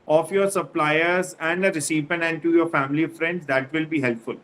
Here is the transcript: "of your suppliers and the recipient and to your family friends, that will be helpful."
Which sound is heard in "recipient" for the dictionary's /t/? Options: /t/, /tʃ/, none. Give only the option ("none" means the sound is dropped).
none